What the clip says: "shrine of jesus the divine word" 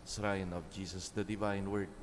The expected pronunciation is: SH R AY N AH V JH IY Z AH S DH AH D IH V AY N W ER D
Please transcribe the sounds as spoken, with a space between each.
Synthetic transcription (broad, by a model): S R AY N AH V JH IY S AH S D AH D IH V AY N W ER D